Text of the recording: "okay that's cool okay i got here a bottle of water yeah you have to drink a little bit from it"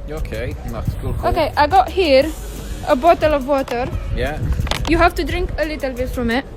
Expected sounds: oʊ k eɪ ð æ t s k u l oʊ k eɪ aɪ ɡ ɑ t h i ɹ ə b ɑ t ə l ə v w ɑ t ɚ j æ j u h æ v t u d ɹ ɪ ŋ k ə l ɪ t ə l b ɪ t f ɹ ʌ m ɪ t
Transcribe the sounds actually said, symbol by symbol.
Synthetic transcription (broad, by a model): oʊ k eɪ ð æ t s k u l oʊ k eɪ aɪ ɡ ɑ t h i ɹ ə b ɑ t ə l ə v w ɑ t ɚ j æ j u h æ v t u d ɹ ɪ ŋ k ə l ɪ t ə l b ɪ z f ɹ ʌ m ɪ t